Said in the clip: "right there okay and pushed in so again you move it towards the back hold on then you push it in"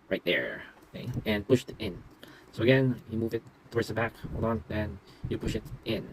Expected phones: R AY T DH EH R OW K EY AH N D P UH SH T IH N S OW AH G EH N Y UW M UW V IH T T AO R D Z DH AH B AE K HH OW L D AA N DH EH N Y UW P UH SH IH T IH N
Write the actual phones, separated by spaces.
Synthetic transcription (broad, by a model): R AY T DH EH R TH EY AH N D P UH SH T IH N S OW AH G EH N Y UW M UW V IH T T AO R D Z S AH B AE K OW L AA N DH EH N Y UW P UH SH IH T IH N